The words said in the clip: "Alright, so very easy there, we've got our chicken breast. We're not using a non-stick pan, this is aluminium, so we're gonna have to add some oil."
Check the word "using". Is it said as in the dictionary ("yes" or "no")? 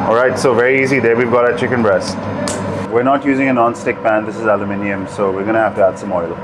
yes